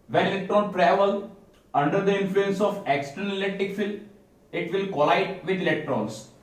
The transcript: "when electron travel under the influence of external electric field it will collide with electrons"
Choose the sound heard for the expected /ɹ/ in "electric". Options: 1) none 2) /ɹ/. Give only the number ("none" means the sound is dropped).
1